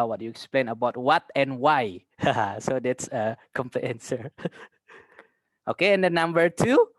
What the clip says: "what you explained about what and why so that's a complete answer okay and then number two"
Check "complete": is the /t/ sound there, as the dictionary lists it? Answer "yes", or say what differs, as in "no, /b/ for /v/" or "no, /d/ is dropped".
no, /t/ is dropped